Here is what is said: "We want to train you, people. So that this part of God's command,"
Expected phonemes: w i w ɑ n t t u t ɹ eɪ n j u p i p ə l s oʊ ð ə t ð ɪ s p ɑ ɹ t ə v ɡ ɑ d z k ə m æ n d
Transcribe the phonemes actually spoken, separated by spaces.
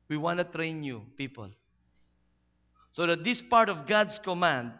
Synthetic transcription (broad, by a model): w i w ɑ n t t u t ɹ eɪ n j u p i p ə l s oʊ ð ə t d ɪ s p ɑ ɹ t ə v ɡ ɑ d s k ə m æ n d